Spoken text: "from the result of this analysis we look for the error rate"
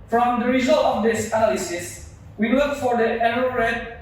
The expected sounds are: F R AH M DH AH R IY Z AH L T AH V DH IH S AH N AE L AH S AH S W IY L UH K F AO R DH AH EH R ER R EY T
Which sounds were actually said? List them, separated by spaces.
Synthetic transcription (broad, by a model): F R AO M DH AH R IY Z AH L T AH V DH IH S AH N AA L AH S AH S W IY W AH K F AO R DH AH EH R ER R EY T